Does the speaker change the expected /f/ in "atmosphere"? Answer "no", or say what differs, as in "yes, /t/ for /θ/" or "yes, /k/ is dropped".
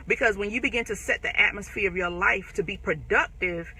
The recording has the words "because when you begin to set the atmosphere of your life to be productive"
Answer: no